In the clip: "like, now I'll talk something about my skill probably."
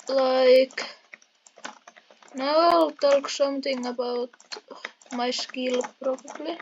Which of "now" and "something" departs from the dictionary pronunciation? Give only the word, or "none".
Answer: something